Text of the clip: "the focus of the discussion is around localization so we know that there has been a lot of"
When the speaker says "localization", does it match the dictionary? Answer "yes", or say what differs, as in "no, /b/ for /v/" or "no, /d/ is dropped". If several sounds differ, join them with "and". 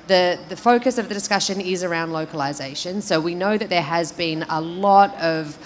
yes